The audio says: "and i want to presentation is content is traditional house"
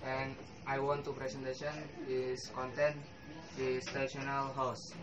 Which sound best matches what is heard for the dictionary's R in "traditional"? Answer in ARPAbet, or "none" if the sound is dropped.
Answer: none